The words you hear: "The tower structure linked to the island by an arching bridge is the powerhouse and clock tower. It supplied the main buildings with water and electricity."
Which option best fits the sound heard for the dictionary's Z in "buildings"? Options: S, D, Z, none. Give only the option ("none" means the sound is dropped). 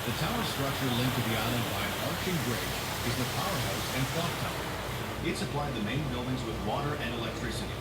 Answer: Z